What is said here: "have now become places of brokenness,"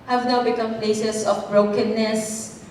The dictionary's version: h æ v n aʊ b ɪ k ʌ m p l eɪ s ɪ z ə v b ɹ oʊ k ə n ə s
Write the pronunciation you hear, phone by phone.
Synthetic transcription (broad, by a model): h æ v n aʊ b ɪ k ʌ m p l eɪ s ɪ s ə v b ɹ oʊ k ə n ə s